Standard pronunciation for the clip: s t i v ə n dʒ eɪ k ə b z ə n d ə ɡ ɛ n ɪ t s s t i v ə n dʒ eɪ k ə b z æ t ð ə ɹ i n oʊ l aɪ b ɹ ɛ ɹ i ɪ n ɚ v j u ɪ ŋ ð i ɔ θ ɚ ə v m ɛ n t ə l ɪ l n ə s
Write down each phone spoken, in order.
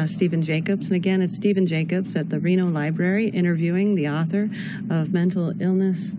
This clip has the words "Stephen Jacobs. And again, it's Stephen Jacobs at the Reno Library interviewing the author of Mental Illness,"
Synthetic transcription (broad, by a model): s t i v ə n dʒ eɪ k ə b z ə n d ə ɡ ɛ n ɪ t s s t i v ə n dʒ eɪ k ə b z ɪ t ð ə ɹ i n oʊ l aɪ b ɹ ɛ ɹ i ɪ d ɚ v j u ɪ ŋ ð i ɔ θ ɚ ə v m ɛ n t l ɪ l n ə s